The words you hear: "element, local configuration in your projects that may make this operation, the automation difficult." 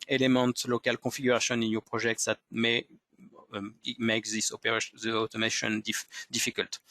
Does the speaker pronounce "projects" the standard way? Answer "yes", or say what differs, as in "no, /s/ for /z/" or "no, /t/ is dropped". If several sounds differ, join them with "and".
no, /ʒ/ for /dʒ/